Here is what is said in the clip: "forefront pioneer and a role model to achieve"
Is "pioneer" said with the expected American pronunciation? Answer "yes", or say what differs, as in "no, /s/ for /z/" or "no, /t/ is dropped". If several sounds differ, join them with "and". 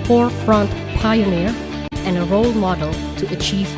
yes